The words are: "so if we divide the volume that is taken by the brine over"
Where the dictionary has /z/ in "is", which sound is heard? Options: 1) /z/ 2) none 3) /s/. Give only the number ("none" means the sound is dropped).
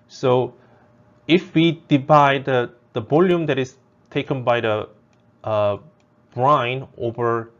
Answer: 3